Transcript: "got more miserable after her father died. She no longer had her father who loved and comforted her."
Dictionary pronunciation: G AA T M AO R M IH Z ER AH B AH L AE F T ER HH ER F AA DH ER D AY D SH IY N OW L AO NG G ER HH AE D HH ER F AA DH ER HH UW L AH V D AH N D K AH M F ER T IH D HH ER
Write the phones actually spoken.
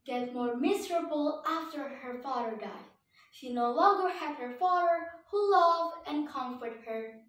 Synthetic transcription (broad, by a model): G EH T M AO R M IH Z ER AH B AH L AE F T ER HH ER F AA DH ER D AY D SH IY N OW L AO NG G ER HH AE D HH ER F AA DH ER HH UW L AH V AH N K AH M F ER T HH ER